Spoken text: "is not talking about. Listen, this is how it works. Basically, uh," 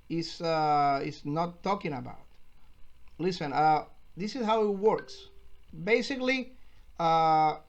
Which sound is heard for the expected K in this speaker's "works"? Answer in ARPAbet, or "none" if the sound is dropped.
K